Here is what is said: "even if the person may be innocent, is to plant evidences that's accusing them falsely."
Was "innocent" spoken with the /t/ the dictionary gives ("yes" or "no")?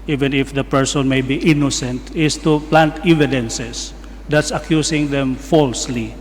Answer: yes